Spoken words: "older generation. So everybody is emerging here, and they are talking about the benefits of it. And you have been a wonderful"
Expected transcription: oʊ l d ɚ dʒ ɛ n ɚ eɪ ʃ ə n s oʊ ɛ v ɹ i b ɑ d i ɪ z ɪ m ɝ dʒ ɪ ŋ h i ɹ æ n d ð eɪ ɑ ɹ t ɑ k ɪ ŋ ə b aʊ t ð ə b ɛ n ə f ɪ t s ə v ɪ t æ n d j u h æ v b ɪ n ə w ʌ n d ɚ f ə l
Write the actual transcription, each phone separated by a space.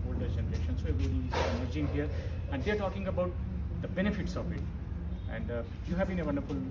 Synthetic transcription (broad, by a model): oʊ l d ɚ dʒ ɛ n ɚ eɪ ʃ ə n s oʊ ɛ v i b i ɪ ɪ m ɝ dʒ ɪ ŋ h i ɹ æ n d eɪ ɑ ɹ t ɑ k ɪ ŋ ə b aʊ t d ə b ɛ n ə f ɪ t s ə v ɪ t æ n d j u h æ v b ɪ n ə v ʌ n d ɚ f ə l